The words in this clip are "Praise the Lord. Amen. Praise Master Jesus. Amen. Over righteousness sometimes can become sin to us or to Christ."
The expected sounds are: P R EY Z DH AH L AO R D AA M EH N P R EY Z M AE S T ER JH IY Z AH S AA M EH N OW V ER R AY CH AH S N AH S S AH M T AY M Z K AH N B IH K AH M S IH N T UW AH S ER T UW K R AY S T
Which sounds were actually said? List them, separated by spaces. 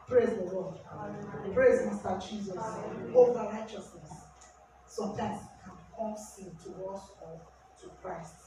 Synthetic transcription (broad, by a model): P R EY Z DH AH L AO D P R EY Z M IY S T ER JH IY Z AH S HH OW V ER R AY CH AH S N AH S S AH M T AY M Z K AH N K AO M S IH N T UW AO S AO T UW K R AY S T